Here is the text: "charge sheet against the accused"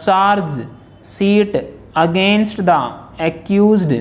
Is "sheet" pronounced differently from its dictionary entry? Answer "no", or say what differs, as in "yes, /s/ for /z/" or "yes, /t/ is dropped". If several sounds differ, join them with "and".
yes, /s/ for /ʃ/